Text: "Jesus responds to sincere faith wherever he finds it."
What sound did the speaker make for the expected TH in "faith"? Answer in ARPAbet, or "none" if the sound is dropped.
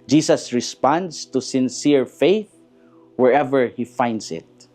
TH